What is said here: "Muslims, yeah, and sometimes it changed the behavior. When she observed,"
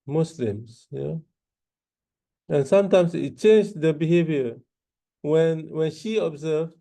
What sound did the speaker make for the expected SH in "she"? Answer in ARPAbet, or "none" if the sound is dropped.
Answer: SH